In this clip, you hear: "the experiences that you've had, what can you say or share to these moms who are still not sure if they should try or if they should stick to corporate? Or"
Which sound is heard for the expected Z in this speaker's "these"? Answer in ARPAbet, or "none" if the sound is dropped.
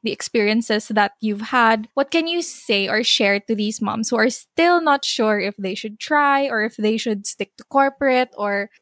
S